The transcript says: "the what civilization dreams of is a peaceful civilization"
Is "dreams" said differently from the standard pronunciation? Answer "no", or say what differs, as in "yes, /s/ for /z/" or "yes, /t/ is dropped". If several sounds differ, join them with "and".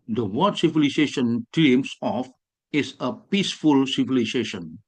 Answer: yes, /s/ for /z/